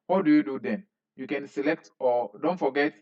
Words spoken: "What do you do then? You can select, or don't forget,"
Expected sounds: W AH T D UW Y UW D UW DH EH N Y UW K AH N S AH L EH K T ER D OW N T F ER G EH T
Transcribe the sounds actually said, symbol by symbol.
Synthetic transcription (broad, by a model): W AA D UW Y UW D UW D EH N Y UW K AH N S AH L EH K T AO D OW N T F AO G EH T